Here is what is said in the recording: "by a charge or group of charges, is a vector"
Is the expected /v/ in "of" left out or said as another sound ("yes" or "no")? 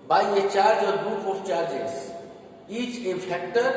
yes